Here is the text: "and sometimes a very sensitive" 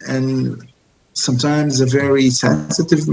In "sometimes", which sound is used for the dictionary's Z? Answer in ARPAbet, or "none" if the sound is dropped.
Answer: Z